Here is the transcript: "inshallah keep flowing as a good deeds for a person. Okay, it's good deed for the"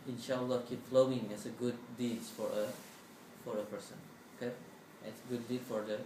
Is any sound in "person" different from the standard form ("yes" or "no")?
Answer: no